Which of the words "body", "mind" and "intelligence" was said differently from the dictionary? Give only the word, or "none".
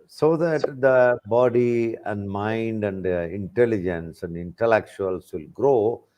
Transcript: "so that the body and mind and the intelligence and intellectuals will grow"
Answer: none